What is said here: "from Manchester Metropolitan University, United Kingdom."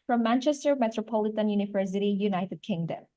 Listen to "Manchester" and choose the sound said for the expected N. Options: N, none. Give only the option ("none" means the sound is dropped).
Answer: N